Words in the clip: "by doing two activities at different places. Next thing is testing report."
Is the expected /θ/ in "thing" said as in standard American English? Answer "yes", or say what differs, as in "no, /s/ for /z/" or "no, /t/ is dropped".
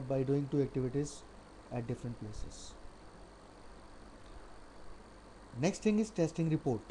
no, /t/ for /θ/